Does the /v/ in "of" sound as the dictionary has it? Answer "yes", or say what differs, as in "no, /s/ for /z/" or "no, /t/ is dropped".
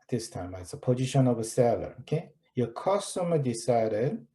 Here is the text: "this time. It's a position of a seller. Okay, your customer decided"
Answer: yes